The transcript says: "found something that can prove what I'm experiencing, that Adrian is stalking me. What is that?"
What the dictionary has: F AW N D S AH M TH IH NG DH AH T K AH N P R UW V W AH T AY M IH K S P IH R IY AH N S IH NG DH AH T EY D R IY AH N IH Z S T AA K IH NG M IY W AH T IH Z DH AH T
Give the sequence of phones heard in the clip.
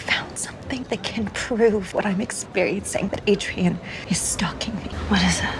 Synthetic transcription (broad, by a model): F AW N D S AH M TH IH NG DH AH T K AH N P R UW V W AH T AY M IH K S P IH R IY AH N S IH NG DH AH T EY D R IY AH N IH Z S T AA K IH NG M IY W AH T IH Z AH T